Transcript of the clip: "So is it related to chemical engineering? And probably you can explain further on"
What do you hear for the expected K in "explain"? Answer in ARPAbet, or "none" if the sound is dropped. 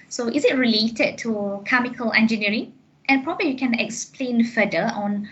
K